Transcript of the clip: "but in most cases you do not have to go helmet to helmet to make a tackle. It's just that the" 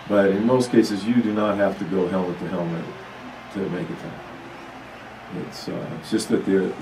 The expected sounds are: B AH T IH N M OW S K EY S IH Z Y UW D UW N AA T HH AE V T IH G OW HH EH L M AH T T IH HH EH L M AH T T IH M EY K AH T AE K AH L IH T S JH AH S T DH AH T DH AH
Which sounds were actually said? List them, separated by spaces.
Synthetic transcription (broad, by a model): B AH T IH N M OW S K EY S IH Z Y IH D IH N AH T HH AE F T IH G OW HH EH L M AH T T IH HH EH L M AH T T IH M EY K AH T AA AH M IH T S JH AH S T DH AH T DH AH